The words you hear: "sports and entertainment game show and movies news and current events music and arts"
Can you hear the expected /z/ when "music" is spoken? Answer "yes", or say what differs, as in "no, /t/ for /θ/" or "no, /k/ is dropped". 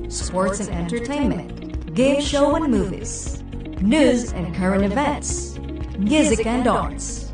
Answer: yes